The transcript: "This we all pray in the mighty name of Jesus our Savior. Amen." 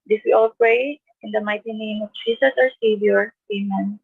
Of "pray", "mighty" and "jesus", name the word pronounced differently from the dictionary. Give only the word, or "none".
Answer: jesus